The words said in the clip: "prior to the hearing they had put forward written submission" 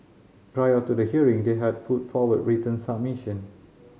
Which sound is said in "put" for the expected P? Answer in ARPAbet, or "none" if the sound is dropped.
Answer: F